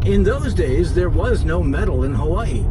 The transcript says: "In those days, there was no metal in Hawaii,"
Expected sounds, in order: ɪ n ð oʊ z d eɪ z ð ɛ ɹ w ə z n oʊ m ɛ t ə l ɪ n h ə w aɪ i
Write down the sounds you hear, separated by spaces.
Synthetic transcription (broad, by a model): ɪ n ð oʊ z d eɪ z ð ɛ ɹ w ə z n oʊ m ɛ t l ɪ n h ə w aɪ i